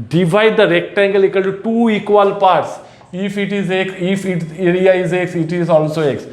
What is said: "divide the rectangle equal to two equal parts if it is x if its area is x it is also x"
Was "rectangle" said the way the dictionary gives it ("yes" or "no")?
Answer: yes